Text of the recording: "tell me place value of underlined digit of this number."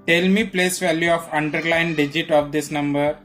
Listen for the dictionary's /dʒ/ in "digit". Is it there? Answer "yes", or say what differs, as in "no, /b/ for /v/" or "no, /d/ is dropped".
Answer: yes